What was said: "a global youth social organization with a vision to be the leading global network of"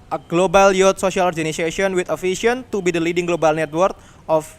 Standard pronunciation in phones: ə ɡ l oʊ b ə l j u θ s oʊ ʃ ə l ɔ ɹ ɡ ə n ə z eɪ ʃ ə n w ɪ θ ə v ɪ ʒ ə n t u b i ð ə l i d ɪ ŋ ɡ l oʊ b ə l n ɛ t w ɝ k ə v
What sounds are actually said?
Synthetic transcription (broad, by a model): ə ɡ l oʊ b ə l j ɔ t s oʊ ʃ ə l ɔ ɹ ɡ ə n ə s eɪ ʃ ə n w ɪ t ə f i ʃ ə n t u b i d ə l i d ɪ ŋ ɡ l oʊ b ə l n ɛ t w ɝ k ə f